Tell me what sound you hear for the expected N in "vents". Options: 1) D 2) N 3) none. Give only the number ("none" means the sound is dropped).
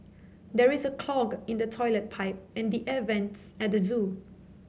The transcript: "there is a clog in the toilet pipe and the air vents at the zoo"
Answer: 2